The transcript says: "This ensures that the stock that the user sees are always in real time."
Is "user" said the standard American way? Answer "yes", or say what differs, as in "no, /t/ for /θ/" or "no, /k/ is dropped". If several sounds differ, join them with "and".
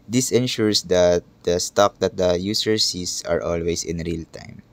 no, /s/ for /z/